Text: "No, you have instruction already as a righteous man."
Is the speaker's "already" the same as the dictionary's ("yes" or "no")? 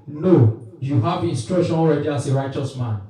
yes